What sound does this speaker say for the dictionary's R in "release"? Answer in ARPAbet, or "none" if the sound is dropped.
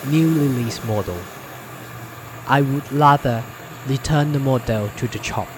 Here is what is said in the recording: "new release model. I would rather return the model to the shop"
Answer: L